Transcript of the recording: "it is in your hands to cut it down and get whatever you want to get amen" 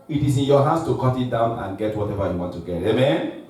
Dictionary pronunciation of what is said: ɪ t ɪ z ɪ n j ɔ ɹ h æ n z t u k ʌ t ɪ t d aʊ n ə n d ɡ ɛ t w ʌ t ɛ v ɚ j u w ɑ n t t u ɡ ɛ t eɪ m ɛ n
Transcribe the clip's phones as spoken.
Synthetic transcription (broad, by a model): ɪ t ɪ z ɪ n j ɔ h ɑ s t u k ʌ t ɪ t d aʊ n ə n ɡ ɛ t w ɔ t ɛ v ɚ j u w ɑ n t t u ɡ ɛ t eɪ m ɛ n